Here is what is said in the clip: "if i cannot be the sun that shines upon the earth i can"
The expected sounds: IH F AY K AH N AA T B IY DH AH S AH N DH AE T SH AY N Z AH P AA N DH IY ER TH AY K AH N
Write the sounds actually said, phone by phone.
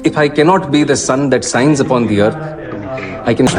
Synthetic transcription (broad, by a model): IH F AY K AH N AA T B IY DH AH S AH N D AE T S AY N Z AH P AA N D IY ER T AY K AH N